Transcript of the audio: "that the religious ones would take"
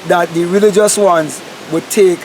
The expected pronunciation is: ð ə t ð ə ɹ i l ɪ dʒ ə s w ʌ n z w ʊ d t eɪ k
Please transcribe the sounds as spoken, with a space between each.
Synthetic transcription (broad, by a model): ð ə t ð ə ɹ i l ɪ dʒ ə s w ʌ n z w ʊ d t eɪ k